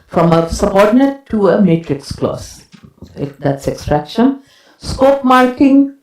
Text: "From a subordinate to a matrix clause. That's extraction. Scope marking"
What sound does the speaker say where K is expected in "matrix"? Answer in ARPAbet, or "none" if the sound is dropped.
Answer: K